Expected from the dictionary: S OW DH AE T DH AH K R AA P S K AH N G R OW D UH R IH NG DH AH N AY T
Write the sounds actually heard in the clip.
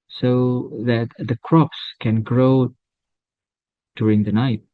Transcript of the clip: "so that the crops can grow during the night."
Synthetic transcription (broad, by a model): S OW DH AE T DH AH K R AA P S K AH N G R OW D UH R IH NG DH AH N AY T